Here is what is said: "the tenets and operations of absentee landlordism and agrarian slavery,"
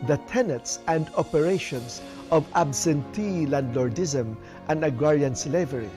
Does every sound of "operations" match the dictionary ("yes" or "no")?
no